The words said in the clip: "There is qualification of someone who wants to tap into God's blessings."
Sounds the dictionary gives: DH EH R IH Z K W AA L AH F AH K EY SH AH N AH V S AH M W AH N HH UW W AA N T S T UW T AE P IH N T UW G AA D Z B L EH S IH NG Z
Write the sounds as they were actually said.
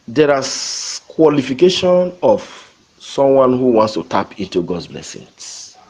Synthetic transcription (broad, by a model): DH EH R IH K W AA L AH F AH K EY SH AH N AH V S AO M W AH N HH UW W AA N T S T UW T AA P IH N T UW G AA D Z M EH S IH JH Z